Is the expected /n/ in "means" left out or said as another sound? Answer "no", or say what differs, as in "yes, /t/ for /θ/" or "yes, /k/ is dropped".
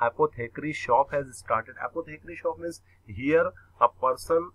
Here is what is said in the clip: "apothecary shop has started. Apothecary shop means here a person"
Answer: yes, /n/ is dropped